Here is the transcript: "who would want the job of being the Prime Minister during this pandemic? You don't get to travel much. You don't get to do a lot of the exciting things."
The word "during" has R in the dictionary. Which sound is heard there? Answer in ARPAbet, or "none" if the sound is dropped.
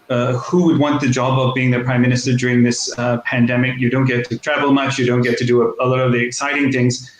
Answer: R